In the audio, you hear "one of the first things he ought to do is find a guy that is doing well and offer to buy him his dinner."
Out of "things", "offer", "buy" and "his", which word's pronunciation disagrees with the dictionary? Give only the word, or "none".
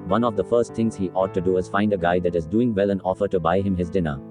things